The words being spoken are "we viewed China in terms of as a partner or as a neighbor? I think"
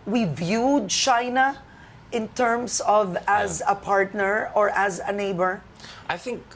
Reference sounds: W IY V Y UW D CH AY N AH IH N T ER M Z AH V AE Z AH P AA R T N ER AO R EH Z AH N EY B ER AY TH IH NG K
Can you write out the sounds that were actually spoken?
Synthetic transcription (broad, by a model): W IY V Y UW D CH AY N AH IH N T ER M S AH V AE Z AH P AA R T N ER AO R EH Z AH N EY B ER AY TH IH NG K